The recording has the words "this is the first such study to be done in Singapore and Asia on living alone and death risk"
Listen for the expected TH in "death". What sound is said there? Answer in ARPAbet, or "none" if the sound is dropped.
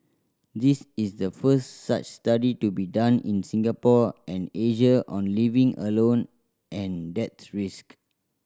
S